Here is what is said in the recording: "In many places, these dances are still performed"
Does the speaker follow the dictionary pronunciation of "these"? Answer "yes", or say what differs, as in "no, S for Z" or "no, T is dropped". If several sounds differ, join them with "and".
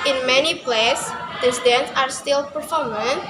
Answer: no, Z is dropped